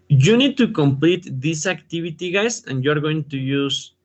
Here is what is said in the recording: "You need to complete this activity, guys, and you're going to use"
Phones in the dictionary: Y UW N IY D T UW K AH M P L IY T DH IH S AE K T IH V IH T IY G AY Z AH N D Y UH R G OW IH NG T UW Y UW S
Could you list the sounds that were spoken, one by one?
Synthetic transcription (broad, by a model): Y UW N IY D T UW K AH M P L IY T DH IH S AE K T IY B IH T IY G AY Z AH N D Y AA R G OW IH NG T UW Y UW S